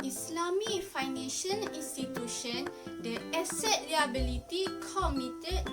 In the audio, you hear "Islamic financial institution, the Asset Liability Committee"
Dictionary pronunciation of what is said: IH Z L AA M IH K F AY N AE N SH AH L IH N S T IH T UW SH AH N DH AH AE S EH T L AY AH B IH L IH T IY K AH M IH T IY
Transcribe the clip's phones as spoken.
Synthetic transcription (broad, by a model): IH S L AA M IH F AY N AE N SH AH N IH N S T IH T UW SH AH N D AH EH S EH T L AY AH B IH L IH T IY K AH M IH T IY